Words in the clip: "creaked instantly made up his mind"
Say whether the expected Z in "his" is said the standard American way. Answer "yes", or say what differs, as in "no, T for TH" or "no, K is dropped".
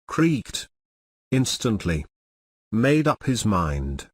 yes